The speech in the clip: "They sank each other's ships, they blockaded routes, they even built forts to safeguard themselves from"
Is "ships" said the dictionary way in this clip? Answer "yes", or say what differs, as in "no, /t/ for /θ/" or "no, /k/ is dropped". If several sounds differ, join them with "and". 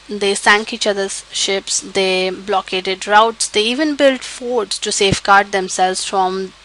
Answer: yes